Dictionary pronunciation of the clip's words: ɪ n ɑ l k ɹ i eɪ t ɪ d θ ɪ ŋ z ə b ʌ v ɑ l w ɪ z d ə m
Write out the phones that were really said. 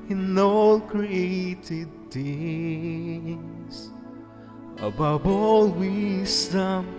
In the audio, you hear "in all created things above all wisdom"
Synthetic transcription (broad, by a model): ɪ n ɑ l k ɹ i eɪ t ɪ d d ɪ z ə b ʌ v ɑ l w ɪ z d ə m